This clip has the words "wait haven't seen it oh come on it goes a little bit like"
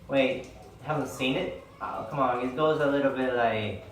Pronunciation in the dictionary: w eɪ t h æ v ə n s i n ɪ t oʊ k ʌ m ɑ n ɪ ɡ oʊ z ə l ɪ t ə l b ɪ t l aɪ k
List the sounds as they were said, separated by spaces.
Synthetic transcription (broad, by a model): w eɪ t h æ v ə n s i n ɪ t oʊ k ʌ m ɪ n ɡ oʊ z ə l ɪ t l b ɪ t l aɪ k